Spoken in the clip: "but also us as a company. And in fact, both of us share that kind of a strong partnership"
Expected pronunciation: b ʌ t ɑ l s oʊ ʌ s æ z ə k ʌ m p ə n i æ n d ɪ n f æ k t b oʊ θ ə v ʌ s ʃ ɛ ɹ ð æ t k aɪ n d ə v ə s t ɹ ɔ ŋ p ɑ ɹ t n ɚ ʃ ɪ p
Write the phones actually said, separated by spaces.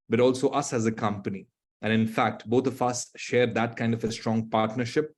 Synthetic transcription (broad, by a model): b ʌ t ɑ l s oʊ ʌ s æ z ə k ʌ m p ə n i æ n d ɪ n f æ k t b oʊ t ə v ʌ s ʃ ɛ ɹ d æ t k aɪ n d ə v ə s t ɹ ɔ ŋ p ɑ ɹ t n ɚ ʃ ɪ p